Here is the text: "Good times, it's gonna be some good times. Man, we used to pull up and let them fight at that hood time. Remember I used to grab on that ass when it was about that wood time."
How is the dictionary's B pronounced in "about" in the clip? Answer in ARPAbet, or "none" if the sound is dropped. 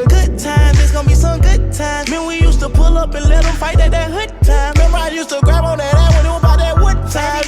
none